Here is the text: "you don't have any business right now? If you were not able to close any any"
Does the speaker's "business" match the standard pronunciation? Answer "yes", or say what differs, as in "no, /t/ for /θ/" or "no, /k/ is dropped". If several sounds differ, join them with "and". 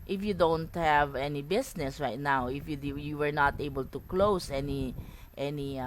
no, /s/ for /z/